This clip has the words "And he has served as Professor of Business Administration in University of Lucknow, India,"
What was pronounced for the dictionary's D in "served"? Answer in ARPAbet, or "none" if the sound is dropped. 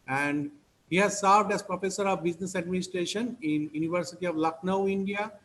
D